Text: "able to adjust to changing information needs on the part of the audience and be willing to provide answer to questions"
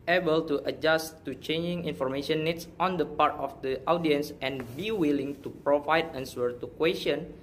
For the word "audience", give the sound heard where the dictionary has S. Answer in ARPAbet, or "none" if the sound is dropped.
S